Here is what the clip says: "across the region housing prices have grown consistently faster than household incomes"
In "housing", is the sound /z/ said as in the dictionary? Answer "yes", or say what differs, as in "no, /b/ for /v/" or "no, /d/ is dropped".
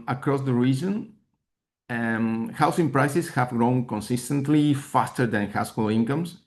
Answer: no, /s/ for /z/